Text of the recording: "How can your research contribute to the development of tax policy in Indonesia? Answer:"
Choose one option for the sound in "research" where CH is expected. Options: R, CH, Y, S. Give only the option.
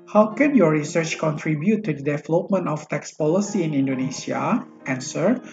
CH